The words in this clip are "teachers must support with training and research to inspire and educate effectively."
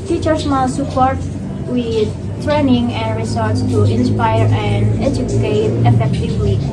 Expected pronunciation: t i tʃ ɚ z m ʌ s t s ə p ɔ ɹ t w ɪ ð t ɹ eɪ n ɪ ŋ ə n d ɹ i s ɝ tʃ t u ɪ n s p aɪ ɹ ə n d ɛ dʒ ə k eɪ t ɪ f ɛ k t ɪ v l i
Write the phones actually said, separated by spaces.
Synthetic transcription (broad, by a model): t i tʃ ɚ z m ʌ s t s ə p ɔ ɹ t w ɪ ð t ɹ eɪ n ɪ ŋ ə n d ɹ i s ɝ s t u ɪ n s p aɪ ɹ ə n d ɛ dʒ ə k eɪ t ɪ f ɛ k t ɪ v l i